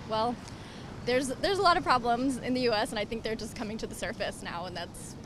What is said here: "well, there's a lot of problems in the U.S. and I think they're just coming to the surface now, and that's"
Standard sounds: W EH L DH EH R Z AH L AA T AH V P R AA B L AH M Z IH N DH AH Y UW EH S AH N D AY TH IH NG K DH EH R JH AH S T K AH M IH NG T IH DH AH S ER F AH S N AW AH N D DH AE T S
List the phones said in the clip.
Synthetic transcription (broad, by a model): W EH L DH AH R Z AH L AA T AH V P R AA B L AH M Z IH N DH AH Y UW EH S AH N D AY TH IH NG K DH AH R JH AH S K AH M IH NG T IH DH AH S ER F AH S N AW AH N DH AE T S